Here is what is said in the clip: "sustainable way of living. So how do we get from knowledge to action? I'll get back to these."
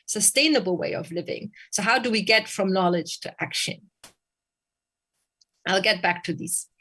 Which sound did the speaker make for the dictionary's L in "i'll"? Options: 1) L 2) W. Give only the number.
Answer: 1